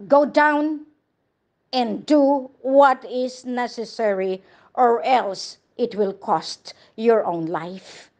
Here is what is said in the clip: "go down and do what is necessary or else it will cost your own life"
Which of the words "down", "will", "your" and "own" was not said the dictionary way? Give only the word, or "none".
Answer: none